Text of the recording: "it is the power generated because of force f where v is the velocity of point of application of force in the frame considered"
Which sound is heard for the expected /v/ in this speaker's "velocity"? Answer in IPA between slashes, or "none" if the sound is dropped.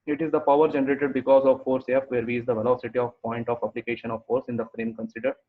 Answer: /v/